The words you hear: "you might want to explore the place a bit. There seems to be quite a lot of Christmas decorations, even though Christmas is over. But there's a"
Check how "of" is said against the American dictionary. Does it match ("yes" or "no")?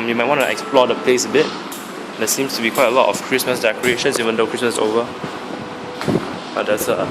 no